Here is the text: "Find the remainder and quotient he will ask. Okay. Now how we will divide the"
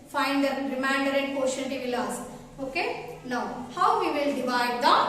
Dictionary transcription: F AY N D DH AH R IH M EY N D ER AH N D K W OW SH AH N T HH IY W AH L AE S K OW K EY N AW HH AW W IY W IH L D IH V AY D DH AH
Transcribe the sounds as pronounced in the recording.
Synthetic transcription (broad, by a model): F AY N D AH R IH M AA N D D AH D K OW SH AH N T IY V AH L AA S OW K EY N AW HH AW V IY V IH L D IH V AY D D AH